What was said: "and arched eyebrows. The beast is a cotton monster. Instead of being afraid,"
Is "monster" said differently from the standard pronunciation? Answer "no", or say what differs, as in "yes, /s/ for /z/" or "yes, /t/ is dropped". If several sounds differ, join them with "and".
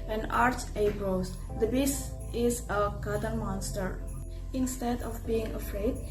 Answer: no